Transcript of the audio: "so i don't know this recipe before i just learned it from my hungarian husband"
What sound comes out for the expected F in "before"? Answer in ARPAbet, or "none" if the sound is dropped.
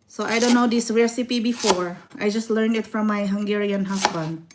F